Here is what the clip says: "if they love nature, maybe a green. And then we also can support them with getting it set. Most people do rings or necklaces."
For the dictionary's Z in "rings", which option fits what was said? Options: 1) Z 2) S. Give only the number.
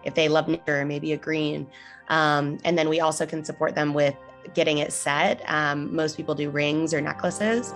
1